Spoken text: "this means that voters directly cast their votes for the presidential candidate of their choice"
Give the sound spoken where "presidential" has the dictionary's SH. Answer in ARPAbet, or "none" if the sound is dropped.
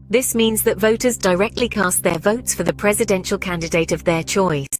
SH